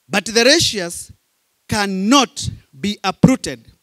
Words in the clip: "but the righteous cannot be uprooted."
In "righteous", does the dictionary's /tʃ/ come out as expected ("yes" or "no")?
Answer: no